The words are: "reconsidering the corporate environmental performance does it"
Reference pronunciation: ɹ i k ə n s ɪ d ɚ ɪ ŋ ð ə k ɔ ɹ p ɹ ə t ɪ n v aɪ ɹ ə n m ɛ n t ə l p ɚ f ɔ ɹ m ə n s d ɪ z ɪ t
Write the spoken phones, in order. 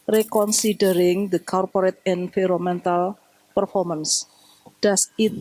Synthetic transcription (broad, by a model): ɹ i k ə n s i d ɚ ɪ ŋ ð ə k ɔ ɹ p ɹ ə t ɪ n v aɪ ɹ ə m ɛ n t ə l p ɚ f ɔ ɹ m ə n s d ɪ s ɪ t